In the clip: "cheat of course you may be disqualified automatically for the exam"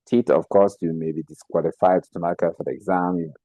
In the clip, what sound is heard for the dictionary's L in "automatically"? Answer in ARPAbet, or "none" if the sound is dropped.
none